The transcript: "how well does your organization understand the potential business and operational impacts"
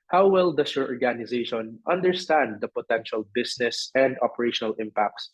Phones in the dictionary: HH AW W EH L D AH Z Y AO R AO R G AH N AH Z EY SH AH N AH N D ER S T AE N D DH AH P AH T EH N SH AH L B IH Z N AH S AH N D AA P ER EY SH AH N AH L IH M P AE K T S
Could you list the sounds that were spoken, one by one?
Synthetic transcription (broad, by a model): HH AW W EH L D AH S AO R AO R G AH N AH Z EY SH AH N AH N D ER S T AE N D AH P AH T EH N SH AH L B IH S N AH S AH N D AA P ER EY SH AH N AH L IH M P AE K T S